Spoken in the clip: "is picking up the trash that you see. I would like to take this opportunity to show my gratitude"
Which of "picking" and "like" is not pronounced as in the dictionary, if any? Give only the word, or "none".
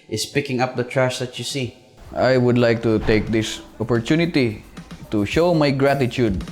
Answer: none